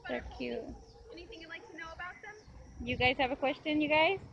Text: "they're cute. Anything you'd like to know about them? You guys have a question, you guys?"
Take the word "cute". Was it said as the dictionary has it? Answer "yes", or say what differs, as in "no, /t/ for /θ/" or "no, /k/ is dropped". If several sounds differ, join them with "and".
no, /t/ is dropped